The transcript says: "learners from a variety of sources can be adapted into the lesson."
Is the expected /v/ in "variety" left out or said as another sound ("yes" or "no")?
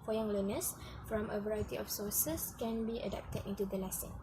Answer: no